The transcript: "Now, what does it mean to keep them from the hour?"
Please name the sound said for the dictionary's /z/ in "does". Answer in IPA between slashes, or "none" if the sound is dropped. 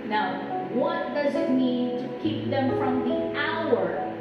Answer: /z/